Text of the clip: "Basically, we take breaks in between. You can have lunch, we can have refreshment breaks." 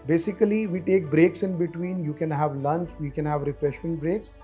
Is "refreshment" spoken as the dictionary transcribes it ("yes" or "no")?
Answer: yes